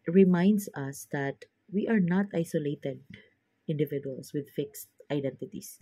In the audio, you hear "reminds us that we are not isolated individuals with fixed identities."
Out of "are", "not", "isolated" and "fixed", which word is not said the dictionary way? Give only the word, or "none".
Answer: none